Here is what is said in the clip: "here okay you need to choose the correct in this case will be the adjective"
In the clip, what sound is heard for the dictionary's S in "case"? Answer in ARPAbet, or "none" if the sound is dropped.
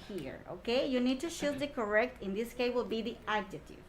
none